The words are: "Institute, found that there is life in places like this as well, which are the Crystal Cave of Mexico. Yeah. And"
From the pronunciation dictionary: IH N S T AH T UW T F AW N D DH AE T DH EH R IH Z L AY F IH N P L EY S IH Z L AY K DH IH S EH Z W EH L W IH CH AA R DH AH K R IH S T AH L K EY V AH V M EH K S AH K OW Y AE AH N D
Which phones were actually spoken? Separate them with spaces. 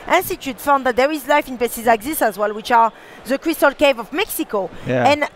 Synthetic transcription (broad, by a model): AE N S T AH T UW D F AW N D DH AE T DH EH R IH Z L AY F IH N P EY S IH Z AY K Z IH S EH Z W EH L W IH CH AA R DH AH K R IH S T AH L K EY V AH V M EH K S AH K OW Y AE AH N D